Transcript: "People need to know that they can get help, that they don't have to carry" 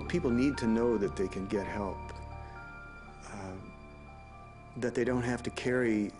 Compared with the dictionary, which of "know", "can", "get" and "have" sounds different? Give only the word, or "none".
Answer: have